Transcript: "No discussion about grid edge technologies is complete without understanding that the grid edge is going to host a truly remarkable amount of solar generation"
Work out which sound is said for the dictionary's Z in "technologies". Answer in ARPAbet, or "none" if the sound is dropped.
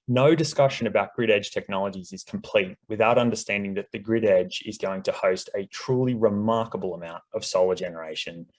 Z